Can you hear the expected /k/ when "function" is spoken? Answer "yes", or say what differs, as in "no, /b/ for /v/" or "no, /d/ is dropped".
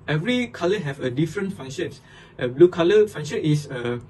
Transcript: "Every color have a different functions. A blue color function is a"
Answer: no, /k/ is dropped